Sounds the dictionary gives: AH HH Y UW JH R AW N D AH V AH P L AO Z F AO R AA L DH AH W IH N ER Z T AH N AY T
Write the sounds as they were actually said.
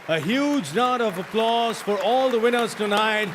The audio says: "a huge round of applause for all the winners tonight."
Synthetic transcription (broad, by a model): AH HH Y UW JH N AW D AH V AH P L AO Z F AO R AA L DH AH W IH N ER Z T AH N AY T